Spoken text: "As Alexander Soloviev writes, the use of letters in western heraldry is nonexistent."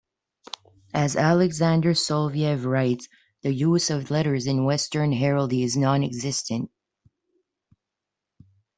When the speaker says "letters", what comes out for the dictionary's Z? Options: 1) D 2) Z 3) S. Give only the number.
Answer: 2